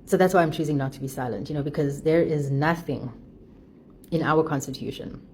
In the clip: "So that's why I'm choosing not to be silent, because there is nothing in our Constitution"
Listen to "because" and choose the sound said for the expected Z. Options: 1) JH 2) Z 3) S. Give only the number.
2